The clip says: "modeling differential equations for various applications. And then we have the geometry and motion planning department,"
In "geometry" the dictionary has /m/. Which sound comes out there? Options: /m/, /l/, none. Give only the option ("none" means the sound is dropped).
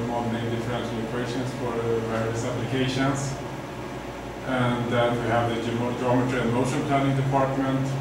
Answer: /m/